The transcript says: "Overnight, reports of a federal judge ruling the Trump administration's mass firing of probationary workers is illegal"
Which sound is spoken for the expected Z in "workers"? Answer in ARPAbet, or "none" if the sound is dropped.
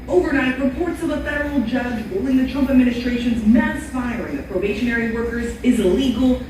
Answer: Z